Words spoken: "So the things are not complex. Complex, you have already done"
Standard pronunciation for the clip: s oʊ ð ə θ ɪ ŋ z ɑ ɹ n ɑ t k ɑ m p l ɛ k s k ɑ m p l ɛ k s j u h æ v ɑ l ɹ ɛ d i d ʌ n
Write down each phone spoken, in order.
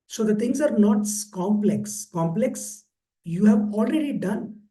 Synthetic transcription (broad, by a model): s oʊ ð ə t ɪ ŋ s ɑ ɹ n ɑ t k ɑ m p l ɛ k s k ɑ m p l ɛ k s j u h æ v ɑ l ɹ ɛ d i d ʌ n